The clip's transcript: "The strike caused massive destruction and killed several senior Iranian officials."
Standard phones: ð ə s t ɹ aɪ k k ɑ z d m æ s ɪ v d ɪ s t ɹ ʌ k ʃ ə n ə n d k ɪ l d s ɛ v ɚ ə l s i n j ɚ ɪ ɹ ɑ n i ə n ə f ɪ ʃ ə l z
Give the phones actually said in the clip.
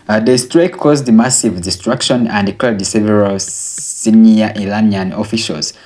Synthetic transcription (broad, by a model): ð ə s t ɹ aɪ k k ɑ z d m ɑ s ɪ v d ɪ s t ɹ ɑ k ʃ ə n ə n d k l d s ɛ v ɚ ə l s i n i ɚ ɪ l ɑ n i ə n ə f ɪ ʃ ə l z